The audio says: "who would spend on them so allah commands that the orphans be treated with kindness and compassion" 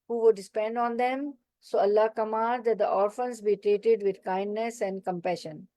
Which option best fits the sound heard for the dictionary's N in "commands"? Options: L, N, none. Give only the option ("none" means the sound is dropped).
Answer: none